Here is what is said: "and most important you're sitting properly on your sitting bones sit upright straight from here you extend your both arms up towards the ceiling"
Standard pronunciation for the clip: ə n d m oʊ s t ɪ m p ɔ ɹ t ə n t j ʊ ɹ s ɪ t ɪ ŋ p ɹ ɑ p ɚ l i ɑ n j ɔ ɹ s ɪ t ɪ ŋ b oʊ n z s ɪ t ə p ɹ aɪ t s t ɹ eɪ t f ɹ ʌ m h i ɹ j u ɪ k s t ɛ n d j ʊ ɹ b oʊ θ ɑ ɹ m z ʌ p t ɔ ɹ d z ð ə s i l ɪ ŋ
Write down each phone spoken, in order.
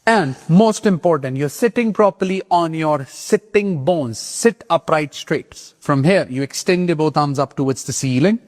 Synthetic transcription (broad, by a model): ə n d m oʊ s t ɪ m p ɔ ɹ t ə n t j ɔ ɹ s ɪ t ɪ ŋ p ɹ ɑ p ɚ l i ɑ n j ɔ ɹ s ɪ t ɪ ŋ b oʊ n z s ɪ t ə p ɹ aɪ t s t ɹ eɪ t f ɹ ʌ m h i ɹ j u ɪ k s t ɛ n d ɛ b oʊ t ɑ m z ʌ p t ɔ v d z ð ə s i l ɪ ŋ